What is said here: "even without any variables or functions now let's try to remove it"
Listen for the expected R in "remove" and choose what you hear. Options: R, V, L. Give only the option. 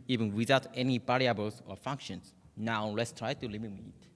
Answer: L